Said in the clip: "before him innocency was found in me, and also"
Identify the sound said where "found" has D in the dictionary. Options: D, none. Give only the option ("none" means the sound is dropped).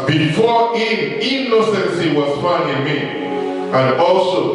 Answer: none